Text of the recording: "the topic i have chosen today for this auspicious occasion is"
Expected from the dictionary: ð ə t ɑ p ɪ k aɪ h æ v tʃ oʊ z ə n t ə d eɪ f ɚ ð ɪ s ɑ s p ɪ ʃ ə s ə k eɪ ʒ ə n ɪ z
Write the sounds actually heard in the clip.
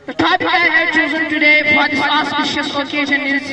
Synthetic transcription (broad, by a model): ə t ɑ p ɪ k aɪ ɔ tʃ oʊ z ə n t ə d eɪ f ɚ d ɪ ɑ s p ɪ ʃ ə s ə k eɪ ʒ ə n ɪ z